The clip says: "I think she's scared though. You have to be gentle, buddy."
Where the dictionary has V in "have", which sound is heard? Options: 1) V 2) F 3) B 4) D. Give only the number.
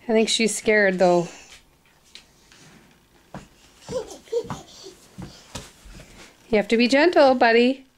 2